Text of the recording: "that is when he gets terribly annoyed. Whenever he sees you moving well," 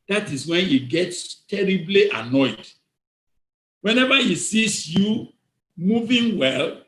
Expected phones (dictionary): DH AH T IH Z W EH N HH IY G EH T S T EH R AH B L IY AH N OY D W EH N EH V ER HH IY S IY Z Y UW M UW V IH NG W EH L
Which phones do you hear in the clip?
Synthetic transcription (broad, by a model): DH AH T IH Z W EH N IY G EH T S T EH R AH B L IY AH N OY D W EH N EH V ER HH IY S IY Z Y UW M UW V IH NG W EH L